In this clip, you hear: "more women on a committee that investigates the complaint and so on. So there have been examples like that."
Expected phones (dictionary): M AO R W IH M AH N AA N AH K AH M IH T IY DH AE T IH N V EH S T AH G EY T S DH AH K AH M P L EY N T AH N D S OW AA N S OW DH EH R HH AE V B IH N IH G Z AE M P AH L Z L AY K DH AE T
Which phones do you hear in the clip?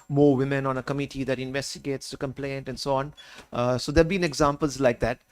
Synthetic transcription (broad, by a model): M AO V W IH M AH N AA N AH K AH M IH T IY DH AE T IH N V EH S T AH G EY T S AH K AH M P L EY N T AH N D S OW AA N S OW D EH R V B IH N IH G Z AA M P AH L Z L AY K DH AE T